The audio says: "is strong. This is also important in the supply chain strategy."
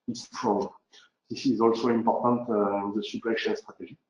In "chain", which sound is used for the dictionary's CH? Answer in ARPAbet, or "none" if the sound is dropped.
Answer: SH